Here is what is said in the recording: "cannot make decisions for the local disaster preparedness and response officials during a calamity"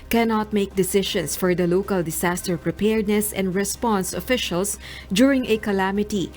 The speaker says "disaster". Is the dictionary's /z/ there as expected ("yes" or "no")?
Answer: no